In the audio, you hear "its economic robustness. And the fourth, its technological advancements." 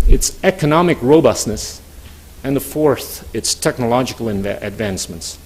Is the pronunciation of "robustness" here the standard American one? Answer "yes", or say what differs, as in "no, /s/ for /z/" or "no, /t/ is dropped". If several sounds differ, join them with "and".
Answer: yes